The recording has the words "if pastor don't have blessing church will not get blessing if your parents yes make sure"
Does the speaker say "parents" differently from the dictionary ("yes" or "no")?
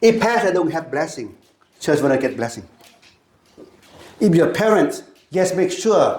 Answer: no